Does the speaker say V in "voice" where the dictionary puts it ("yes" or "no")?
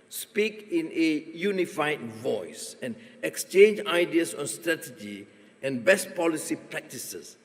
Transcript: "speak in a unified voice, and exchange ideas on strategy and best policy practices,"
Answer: yes